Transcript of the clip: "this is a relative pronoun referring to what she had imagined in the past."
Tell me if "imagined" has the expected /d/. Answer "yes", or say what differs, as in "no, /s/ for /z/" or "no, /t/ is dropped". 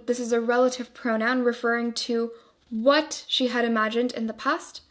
yes